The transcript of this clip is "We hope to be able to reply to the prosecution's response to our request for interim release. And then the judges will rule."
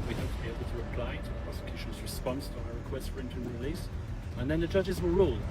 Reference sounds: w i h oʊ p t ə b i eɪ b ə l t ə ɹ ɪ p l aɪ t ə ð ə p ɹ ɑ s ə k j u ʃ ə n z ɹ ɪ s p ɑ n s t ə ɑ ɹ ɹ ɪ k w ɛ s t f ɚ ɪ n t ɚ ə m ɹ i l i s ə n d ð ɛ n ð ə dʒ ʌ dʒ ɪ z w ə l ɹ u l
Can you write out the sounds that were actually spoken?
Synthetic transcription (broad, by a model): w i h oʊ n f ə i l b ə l t ə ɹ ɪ p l aɪ t ə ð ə p ɹ ɑ s ə k j u ʃ ə n z ɹ ɪ s p ɑ n s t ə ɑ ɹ ɹ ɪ k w ɛ s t f ɚ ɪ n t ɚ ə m ɹ i l i s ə n ð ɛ n ð ə dʒ ʌ dʒ ɪ z w ə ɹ ɹ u l